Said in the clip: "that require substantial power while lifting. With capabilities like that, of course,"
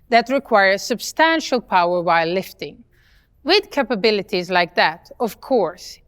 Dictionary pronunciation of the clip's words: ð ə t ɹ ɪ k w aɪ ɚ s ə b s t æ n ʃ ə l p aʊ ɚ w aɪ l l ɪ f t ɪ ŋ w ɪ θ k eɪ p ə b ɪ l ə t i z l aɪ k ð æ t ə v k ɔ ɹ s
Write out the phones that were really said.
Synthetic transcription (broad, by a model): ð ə t ɹ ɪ k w aɪ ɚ s ə b s t æ n ʃ ə l p aʊ ɚ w aɪ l l ɪ f t ɪ ŋ w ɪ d k eɪ p ə b ɪ l ə t i z l aɪ k ð æ t ə v k ɔ ɹ s